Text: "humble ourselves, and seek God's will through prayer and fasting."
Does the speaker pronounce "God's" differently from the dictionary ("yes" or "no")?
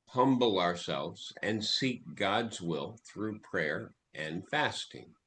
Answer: no